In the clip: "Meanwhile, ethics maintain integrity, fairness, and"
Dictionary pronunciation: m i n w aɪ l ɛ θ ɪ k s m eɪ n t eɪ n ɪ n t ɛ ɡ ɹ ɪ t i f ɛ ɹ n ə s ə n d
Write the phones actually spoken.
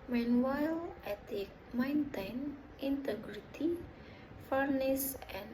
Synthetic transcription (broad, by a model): m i n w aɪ l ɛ t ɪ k m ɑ n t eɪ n ɪ n t ɛ ɡ ɹ ɪ t i f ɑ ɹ n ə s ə n